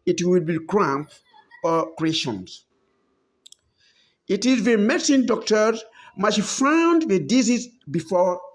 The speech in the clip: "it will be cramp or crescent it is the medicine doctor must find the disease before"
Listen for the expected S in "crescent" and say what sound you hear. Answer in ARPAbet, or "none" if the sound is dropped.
SH